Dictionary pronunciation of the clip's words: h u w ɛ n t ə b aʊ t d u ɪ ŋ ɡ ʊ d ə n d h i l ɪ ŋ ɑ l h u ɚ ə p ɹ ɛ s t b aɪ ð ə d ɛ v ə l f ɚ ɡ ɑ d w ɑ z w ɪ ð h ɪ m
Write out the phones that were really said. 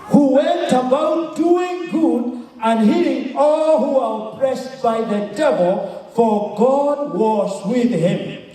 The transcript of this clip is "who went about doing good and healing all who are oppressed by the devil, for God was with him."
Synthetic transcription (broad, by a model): h u w ɛ n t ə b aʊ t d u ɪ ŋ ɡ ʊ d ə n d h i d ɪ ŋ ɑ l h u ɚ ə p ɹ ɛ s t b aɪ ð ə d ɛ v ə l f ɚ ɡ ɑ d w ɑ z w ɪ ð h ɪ m